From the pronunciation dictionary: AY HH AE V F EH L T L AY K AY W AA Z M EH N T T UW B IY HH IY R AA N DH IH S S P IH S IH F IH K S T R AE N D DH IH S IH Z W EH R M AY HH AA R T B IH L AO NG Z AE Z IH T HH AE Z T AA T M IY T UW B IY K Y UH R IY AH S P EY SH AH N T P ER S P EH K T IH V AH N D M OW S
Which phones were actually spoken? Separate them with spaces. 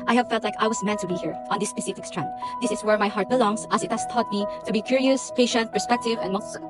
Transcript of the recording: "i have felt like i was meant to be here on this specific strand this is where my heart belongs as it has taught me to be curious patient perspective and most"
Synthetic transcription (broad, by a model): AY HH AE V F EH L T L AY K AY W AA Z M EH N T T UW B IY HH IY R AA N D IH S S P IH S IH F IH K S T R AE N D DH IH S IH S W EH R M AY HH AA R T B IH L AO NG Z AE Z IH T HH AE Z T AA T M IY T UW B IY K Y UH R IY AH S P EY SH AH N T P ER S P EH K T IH V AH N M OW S